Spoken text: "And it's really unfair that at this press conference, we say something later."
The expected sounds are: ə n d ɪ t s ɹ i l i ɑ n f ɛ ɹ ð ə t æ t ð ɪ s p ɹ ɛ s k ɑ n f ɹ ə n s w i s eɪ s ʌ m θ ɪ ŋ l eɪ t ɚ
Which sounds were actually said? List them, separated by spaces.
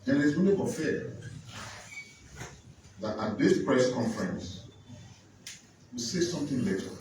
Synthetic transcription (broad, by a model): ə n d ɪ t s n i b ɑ f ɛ ð ə t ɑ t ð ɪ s p ɹ ɛ s k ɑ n f ɹ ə n s w i s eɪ s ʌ m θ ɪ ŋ l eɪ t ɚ